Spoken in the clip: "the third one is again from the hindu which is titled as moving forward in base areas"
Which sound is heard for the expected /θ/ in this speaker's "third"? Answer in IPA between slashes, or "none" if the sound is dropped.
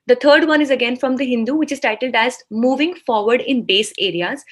/t/